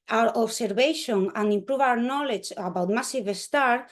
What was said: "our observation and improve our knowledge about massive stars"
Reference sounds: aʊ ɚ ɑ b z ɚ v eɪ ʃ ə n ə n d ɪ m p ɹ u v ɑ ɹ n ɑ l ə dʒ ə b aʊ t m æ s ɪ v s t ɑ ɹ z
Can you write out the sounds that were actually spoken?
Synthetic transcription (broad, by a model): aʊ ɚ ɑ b s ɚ b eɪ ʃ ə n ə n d ɪ m p ɹ u v ɑ w n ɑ l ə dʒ ə b aʊ t m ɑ s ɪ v s t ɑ ɹ